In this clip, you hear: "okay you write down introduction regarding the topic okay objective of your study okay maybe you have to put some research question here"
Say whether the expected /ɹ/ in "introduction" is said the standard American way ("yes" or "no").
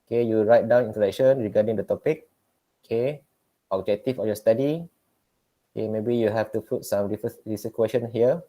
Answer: no